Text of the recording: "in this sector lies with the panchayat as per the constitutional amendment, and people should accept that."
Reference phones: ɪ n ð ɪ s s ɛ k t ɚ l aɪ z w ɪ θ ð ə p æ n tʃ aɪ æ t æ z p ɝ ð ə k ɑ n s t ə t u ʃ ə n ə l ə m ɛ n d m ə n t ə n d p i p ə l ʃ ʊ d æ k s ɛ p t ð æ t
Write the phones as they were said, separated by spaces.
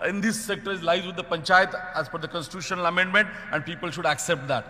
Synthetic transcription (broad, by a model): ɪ n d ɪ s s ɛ k t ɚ l aɪ z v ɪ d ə p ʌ n tʃ aɪ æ t æ z f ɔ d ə k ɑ n s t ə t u ʃ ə n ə l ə m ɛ n d m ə n t ə n d p i p ə l ʃ ʊ d æ k s ɛ p t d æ t